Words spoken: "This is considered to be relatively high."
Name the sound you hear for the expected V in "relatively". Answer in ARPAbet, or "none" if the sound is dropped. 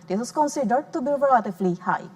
F